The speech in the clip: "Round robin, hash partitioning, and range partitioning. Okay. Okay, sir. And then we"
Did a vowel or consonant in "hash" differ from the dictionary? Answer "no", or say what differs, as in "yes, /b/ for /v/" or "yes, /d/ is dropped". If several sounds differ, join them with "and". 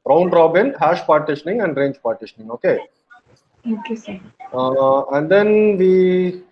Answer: no